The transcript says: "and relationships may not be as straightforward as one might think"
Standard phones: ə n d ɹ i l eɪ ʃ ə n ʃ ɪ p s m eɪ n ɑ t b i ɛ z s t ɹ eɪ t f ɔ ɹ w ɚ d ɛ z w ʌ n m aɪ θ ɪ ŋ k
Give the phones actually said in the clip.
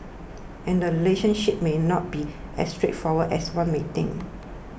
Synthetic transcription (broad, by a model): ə n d ɹ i l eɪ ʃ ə n ʃ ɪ p m eɪ n ɑ t b i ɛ s t ɹ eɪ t f ɔ w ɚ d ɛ s w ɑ n m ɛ t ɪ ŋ